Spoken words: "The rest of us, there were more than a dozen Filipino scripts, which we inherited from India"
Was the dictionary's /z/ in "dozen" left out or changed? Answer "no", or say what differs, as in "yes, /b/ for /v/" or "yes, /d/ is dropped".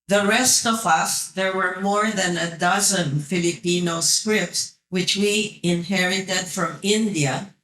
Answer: no